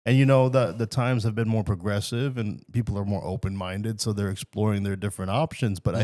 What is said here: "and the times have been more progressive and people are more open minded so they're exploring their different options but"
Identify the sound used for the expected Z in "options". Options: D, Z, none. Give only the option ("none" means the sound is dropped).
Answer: Z